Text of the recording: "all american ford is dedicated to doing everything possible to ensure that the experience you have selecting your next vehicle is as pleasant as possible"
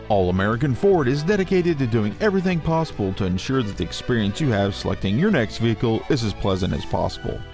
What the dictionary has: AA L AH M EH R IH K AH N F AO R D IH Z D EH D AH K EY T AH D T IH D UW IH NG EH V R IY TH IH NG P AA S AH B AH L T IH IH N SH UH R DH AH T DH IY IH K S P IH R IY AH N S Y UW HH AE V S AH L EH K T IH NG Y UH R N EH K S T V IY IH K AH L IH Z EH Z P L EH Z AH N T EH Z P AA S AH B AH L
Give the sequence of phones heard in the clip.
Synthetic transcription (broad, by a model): AA L AH M EH R IH K AH N F AO R D IH Z D EH D AH K EY T AH D T IH D UW IH NG EH V R IY TH IH NG P AA S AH B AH L T IH IH N SH UH R DH AH T DH IY IH K S P IH R IY AH N S Y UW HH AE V S AH L EH K T IH NG Y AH R N EH K S T V IY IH K L IH Z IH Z P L EH Z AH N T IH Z P AA S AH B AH L